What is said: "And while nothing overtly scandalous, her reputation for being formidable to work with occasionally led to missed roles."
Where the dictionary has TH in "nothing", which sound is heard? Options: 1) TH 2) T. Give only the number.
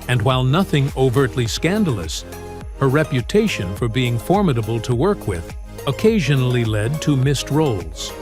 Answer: 1